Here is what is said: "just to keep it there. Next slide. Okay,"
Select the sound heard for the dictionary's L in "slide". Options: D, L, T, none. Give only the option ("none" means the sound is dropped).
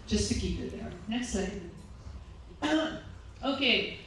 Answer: none